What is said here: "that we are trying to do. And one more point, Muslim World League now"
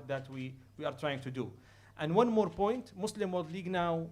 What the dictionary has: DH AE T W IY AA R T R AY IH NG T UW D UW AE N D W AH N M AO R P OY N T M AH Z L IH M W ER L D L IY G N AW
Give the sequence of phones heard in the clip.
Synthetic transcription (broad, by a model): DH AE T W IY AA R T R AY IH NG T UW D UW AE N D W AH N M AO R P OY N T M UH S L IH M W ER D L IY G N AW